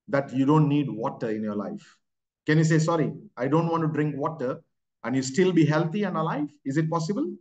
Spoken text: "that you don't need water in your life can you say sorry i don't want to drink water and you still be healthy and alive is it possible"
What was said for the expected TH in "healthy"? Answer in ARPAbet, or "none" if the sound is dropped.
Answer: T